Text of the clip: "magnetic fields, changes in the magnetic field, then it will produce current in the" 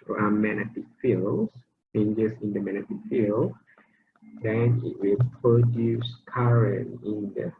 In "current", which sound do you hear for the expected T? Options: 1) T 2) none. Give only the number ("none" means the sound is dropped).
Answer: 2